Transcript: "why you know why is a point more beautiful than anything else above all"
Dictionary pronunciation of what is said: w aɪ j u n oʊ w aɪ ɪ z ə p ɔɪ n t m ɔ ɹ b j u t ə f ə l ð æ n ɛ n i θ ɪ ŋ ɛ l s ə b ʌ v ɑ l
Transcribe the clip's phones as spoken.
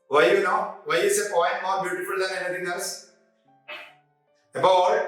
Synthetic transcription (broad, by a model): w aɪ j u n oʊ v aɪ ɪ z ə p ɔɪ n t m ɔ ɹ b j u t ə f ə l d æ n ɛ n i t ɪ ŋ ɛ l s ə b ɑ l